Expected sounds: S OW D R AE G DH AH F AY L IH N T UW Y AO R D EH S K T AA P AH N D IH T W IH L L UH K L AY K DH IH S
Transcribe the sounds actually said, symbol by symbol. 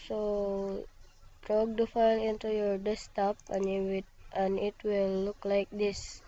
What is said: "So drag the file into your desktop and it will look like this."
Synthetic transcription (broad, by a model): S OW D R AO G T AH F AY L IH N T UW Y AO R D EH S T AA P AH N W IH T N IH W L UH K L AY K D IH S